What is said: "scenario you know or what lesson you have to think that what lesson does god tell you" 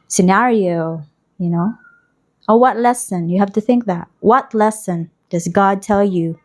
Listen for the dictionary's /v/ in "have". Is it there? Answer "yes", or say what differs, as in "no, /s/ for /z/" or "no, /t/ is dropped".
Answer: no, /f/ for /v/